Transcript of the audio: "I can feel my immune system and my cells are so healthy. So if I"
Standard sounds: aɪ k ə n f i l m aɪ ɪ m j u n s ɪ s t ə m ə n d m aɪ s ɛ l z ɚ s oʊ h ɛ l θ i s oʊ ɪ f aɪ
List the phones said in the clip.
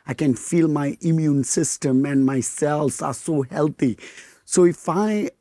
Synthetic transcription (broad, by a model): aɪ k ə n f i l m aɪ ɪ m j u n s ɪ s t ə m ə n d m aɪ s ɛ l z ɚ s oʊ h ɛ l t i s oʊ ɪ f aɪ